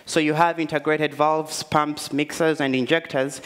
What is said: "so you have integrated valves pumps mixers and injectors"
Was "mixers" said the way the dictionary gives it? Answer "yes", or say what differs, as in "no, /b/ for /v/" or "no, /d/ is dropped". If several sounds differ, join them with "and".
yes